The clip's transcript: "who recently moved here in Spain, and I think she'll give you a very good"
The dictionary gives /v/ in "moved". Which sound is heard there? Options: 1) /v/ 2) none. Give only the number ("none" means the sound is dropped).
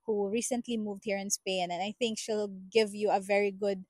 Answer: 1